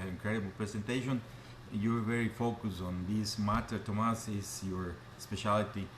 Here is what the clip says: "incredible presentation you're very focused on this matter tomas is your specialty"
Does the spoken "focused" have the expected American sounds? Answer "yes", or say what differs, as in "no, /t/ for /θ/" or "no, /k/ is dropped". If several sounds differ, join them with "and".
no, /t/ is dropped